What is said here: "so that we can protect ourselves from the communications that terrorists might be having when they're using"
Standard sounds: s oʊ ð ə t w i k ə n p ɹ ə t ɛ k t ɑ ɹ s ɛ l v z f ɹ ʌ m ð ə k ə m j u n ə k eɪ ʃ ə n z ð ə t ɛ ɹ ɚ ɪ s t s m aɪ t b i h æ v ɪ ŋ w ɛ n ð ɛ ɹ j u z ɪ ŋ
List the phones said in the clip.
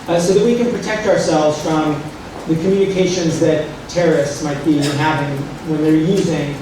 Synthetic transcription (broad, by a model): s oʊ ð ə t w i k ə n p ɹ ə t ɛ k t ɑ ɹ s ɛ l v z f ɹ ʌ m ð ə k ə m j u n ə k eɪ ʃ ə n z ð ə t ɛ ɹ ɚ ɪ s t s m aɪ t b i h æ v ɪ ŋ w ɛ n ð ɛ ɹ j u z ɪ ŋ